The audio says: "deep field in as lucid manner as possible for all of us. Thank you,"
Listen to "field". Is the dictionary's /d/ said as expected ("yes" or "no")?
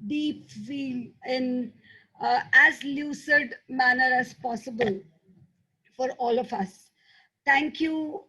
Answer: no